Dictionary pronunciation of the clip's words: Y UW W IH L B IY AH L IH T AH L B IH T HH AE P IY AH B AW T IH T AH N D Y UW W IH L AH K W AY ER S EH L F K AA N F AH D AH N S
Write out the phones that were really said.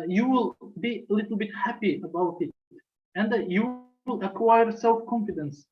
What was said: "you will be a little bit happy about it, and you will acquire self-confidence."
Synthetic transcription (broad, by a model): Y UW W IH L B IY AH L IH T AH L B IH T HH AE P IY AH B AW T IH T AH N D Y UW W IH L AH K W AY ER S EH L F K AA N F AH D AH N S